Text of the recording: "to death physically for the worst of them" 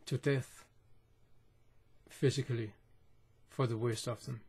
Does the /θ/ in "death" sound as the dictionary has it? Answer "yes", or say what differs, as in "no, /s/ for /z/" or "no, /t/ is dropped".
yes